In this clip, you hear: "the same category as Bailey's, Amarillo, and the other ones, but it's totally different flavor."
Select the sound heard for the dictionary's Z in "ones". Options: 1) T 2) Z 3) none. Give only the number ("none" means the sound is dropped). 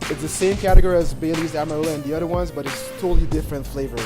2